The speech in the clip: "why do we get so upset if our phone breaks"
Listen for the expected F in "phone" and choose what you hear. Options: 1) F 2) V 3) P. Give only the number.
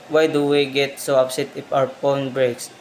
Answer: 3